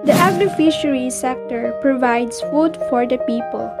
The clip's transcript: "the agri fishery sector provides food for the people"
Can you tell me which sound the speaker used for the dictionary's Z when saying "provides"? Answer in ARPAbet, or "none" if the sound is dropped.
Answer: S